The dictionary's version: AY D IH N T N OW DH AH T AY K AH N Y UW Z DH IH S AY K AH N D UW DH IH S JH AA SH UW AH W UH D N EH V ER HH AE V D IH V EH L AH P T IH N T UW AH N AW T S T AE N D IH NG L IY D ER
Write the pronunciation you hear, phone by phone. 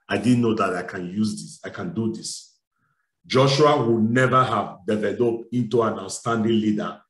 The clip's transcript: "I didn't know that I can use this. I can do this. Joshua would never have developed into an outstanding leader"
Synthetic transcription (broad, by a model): AY D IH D N OW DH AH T AY K AH N Y UW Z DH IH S AY K AH N D UW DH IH S JH AA SH UW AH W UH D N EH V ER HH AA V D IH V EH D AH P IH N T UW AH N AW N S T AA N D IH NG L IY D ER